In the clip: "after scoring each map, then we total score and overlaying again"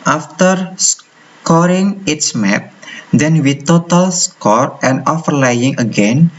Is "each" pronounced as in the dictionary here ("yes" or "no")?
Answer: no